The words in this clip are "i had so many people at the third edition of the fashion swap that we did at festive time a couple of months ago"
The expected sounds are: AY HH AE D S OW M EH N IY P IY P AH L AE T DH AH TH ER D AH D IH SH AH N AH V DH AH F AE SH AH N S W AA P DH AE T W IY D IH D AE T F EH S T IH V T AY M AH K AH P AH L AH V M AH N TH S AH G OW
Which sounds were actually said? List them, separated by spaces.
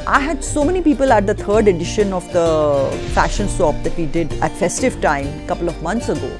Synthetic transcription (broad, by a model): AY HH AE D S OW M EH N IY P IY P AH L AE T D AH T ER D AH D IH SH AH N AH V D AH F AE SH AH N S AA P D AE T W IY D IH D AE T F EH S T IH V T AY M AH K AH P AH L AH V M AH N T S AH G OW